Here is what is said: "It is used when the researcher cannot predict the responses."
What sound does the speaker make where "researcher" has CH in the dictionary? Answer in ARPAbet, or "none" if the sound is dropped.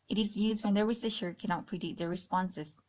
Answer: SH